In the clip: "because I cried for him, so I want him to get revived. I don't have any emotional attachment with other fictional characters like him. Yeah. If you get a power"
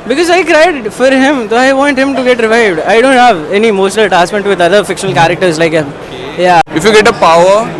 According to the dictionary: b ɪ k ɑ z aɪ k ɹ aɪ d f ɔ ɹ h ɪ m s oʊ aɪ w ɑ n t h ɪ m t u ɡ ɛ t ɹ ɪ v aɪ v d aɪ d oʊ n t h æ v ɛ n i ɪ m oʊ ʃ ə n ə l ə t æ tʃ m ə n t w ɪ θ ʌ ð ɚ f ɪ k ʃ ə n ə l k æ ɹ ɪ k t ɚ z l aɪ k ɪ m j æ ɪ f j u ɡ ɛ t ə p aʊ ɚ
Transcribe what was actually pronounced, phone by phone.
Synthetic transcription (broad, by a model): b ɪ k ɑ z aɪ k ɹ aɪ d f ɔ ɹ h ɪ m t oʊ aɪ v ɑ n t h ɪ m t u ɡ ɛ t ɹ ɪ v aɪ v d aɪ d oʊ n t h æ v ɛ n i m oʊ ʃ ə n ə l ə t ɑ s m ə n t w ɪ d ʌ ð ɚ f ɪ k ʃ ə n ə l k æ ɹ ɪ k t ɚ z l aɪ k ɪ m j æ ɪ f j u ɡ ɛ t ə p aʊ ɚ